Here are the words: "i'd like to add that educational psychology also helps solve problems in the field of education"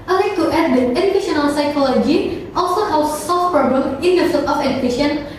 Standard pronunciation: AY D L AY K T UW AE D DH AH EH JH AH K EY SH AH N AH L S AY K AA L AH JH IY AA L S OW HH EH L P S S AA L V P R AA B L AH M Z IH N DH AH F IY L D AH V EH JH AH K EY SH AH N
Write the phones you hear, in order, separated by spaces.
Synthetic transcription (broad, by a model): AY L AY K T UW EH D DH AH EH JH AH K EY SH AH N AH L S AY K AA L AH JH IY AA L S OW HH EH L S S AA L F P R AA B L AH M IH N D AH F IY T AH F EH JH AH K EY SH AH N